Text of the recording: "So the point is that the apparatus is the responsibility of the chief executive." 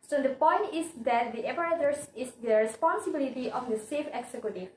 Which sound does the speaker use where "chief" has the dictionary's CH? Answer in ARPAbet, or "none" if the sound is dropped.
S